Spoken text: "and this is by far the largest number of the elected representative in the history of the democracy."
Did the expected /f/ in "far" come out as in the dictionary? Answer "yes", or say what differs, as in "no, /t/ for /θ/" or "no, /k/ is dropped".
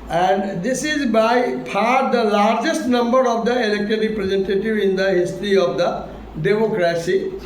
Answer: no, /p/ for /f/